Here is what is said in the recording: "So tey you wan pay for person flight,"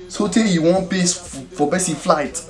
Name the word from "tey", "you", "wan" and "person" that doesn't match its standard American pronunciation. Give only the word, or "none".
person